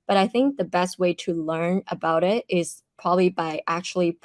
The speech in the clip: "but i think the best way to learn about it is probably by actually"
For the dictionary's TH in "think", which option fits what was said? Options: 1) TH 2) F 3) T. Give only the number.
1